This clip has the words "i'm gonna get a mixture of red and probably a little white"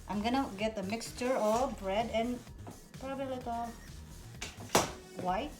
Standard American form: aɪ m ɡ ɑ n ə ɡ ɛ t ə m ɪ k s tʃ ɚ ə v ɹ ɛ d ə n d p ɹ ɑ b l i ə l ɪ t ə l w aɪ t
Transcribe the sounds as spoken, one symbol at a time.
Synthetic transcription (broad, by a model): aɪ m ɡ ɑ n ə ɡ ɛ t ə m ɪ k s tʃ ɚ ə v ɹ ɛ d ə n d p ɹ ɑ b i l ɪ t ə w aɪ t